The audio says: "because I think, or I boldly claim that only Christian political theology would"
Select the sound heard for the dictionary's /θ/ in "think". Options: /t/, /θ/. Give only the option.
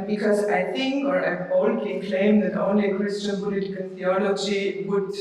/t/